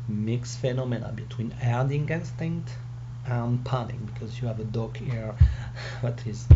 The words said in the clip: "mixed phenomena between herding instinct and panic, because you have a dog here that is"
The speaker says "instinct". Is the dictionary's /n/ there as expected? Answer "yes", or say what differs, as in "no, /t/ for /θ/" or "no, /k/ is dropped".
yes